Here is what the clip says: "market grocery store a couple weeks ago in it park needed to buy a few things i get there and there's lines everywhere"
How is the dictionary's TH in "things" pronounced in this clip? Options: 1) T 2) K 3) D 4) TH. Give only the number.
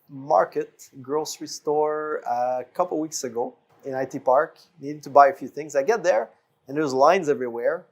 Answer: 4